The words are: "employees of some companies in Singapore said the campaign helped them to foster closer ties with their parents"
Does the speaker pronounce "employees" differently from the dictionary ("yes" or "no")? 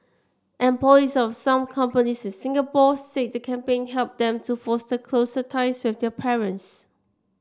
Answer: yes